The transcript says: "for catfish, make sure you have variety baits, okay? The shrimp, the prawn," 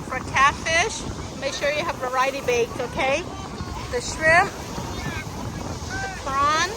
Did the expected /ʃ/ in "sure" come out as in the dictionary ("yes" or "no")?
yes